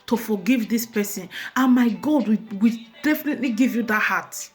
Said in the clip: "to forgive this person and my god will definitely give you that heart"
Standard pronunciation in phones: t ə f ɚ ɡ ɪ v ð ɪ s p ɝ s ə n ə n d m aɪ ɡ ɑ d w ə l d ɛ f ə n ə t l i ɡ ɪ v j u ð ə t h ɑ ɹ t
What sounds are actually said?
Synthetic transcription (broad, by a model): t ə f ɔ ɡ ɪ v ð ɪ s p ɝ s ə n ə n m aɪ ɡ ɑ d w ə w d ɛ f ə n ə t l i ɡ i v j u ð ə t h ɑ t